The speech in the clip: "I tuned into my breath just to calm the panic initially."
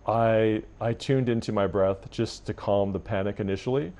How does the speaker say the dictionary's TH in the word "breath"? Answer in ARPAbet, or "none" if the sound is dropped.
TH